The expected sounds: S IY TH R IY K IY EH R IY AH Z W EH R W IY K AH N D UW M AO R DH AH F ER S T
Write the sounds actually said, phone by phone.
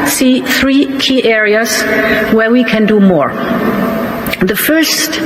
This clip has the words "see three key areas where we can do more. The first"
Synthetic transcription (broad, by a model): S IY TH R IY K IY EH R IY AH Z W EH R W IY K AH N D UW M AO R DH AH F ER S T